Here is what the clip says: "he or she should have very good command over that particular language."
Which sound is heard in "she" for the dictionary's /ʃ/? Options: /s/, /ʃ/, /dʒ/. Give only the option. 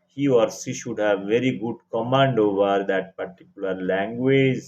/s/